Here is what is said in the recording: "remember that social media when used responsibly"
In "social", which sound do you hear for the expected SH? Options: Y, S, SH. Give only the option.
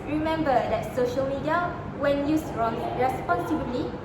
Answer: SH